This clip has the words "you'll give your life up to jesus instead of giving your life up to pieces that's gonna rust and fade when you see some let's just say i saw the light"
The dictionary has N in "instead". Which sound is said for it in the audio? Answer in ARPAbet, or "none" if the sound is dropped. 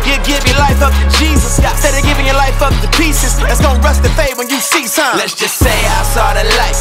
none